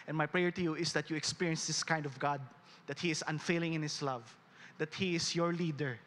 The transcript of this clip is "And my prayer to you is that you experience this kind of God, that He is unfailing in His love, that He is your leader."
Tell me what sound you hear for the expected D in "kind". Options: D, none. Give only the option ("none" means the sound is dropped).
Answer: D